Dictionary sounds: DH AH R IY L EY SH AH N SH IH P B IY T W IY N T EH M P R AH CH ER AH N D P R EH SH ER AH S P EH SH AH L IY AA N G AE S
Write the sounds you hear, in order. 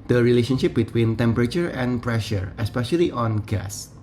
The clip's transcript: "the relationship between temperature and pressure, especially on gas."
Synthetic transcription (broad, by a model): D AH R IY L EY SH AH N SH IH P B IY T W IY N T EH M P R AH CH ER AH N P R EH SH ER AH S P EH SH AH L IY AA N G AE S